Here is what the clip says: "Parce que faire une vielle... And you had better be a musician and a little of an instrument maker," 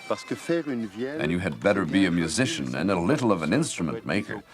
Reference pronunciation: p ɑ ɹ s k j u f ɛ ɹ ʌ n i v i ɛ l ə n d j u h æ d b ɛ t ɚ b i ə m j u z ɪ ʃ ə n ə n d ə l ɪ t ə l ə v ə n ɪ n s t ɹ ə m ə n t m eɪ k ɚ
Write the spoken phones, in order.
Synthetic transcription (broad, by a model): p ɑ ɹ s k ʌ f ɛ ɹ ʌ n v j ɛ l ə n j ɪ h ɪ d b ɛ t ɚ b i ə m j u z ɪ ʃ ə n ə n ə l ɪ t l ə v ə n ɪ n s t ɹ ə m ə n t m eɪ k ɚ